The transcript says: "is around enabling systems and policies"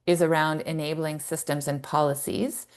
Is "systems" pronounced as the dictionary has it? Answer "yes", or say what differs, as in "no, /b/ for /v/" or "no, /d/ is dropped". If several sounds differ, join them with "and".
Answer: yes